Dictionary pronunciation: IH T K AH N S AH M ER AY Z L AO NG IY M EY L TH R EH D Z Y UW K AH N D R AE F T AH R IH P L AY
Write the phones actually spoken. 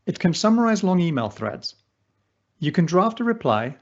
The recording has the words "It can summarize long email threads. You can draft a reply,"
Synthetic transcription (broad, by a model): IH T K AH N S AH M ER AY Z L AO NG IY M EY L TH R EH D Z Y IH K AH N D R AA F T AH R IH P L AY